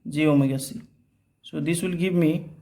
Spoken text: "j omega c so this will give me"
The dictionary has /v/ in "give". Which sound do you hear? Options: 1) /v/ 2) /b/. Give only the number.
2